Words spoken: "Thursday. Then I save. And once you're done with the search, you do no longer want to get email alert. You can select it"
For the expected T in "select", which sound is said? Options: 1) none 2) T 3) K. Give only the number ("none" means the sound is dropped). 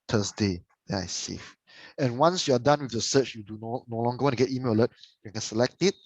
2